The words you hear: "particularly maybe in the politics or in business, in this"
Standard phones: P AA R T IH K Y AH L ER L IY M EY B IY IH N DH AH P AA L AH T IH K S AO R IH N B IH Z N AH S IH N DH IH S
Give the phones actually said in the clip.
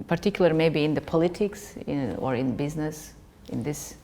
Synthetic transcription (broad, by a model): P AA R T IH K Y L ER M EY B IY IH N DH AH P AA L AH T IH K S AO R IH N B IH Z N AH S IH N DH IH S